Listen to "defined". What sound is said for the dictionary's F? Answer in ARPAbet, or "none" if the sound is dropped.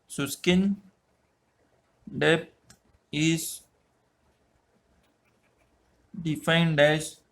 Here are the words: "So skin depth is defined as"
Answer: F